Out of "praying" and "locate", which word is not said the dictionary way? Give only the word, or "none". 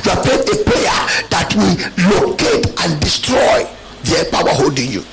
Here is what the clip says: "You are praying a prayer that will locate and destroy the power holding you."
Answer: praying